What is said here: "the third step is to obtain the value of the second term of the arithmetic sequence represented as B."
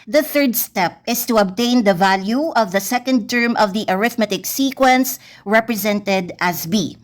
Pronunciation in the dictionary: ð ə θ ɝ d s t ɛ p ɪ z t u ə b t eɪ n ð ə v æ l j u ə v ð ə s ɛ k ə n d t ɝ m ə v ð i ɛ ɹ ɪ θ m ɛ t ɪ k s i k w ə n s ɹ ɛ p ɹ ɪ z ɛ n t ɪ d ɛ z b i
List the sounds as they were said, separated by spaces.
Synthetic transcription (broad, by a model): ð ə θ ɝ d s t ɛ p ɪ s t u ə b t eɪ n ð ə v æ l j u ə v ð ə s ɛ k ə n d t ɝ m ə v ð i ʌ ɹ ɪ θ m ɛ t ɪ k s i k w ə n s ɹ ɛ p ɹ ɪ z ɛ n t ɪ d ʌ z b i